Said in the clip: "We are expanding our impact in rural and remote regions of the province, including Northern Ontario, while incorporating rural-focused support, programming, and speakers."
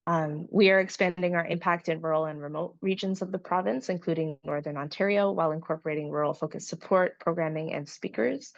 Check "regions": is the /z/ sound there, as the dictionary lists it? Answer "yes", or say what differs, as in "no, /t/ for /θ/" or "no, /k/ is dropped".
yes